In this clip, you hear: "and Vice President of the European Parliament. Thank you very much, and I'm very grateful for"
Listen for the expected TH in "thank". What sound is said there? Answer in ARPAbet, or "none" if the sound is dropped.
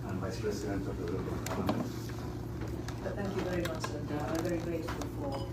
TH